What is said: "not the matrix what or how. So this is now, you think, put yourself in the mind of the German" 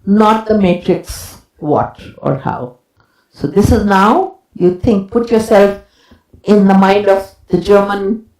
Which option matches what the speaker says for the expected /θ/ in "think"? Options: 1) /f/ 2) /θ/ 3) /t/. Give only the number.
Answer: 3